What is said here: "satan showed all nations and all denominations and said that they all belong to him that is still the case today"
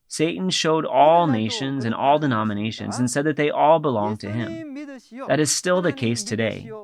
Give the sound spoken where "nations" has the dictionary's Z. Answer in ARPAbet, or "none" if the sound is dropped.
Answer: Z